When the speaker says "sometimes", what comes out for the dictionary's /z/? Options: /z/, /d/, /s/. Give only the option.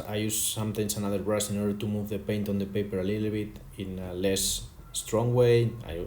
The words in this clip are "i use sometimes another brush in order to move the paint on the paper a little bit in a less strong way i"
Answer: /s/